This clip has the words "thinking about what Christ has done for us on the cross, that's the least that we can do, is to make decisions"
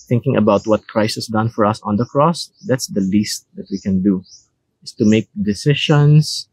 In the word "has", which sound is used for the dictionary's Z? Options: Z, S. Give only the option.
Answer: S